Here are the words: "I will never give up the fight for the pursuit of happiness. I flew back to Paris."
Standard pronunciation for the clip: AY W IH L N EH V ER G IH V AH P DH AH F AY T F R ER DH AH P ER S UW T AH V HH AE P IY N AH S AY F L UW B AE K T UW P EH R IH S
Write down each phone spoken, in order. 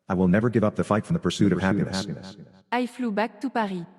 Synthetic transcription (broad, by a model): AY W IH L N EH V ER G IH V AH P DH AH F AY T F R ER DH AH P ER S UW T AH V HH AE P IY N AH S AY F L UW B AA K T UW P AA R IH